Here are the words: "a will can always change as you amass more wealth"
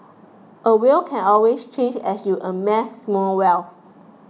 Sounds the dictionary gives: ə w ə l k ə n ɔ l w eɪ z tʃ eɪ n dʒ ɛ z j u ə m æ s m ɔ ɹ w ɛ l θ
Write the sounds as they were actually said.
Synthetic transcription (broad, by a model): ə w ə l k ə n ɔ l w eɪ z tʃ eɪ n dʒ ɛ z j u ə m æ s m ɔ l w ɛ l